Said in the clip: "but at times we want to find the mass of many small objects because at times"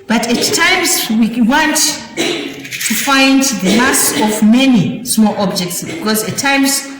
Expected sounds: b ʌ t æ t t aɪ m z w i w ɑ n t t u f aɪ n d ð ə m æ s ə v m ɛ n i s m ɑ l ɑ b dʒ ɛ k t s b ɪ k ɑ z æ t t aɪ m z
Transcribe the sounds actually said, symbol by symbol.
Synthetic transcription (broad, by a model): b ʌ t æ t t aɪ m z w i w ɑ n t t u f aɪ n d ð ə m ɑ s ə v m ɛ n i s m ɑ l ɑ b dʒ ɛ k t s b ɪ k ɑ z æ t t aɪ m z